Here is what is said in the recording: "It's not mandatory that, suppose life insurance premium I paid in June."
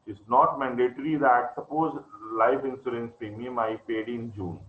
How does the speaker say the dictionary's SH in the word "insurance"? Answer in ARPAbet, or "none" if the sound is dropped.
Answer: S